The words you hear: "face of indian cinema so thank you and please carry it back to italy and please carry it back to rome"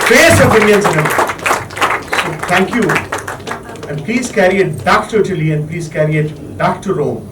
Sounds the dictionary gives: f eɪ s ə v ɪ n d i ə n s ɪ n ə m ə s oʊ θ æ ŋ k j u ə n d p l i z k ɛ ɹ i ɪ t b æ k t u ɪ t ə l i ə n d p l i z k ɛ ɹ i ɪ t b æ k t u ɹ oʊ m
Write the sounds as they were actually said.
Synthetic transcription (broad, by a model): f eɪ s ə p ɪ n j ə n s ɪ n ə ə s oʊ t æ ŋ k j u ə n d p l i z k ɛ ɹ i ɪ t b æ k t u ɪ t ə l i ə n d p l i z k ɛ ɹ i ɪ t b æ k t u ɹ oʊ m